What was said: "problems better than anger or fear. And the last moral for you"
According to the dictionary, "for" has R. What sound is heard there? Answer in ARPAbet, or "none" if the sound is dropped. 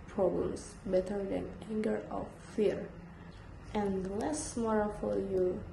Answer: L